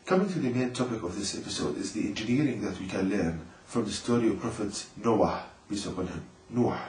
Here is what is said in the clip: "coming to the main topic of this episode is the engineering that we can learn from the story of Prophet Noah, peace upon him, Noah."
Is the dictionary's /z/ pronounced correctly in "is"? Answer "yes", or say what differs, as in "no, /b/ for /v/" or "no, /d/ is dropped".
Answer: yes